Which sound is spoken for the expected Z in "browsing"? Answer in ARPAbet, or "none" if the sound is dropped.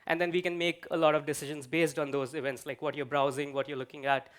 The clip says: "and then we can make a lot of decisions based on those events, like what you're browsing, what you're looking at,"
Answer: Z